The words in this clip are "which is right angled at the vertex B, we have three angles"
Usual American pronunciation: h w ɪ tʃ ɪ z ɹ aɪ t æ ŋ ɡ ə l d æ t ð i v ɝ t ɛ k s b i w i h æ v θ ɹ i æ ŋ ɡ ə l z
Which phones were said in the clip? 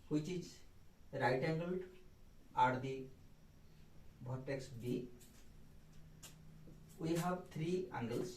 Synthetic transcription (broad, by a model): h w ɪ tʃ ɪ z ɹ aɪ t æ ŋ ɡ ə l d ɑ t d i b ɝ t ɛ k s b i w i h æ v t ɹ i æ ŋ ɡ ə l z